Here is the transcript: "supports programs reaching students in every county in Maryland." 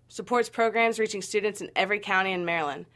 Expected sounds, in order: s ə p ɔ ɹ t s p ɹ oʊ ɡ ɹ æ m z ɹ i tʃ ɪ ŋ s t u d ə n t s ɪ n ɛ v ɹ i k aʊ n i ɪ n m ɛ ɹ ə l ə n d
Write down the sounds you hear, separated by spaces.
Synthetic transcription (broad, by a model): s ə p ɔ ɹ t s p ɹ oʊ ɡ ɹ æ m z ɹ i tʃ ɪ ŋ s t u d n t s ɪ n ɛ v ɹ i k aʊ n i ɪ n m ɛ ɹ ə l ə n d